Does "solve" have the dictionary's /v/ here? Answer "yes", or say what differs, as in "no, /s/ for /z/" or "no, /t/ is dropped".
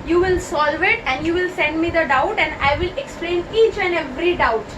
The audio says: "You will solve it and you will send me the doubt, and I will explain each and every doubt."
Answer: yes